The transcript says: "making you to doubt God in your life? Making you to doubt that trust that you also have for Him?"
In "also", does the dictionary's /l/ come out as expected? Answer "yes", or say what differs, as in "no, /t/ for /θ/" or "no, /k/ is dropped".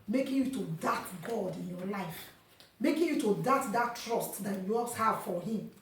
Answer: no, /l/ is dropped